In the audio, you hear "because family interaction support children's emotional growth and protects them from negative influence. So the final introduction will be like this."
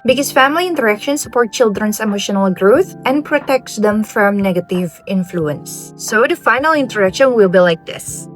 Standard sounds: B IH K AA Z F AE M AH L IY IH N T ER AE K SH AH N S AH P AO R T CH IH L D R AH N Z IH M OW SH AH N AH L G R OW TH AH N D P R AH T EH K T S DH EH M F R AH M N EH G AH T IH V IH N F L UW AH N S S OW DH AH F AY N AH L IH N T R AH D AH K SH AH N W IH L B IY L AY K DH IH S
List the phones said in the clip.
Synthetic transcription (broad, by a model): B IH K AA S F AE M AH L IY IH N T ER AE K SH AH N S AH P AO R T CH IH L D R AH N S IH M OW SH AH N AH L G R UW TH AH N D P R AH T EH K T S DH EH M F R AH M N EH G AH T IH V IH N F L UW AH N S S OW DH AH F AY N AH L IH N T AH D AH K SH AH N W IH L B IY L AY K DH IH S